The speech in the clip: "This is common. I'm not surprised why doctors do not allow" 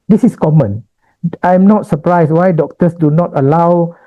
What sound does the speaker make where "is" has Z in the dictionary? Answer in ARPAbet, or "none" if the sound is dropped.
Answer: S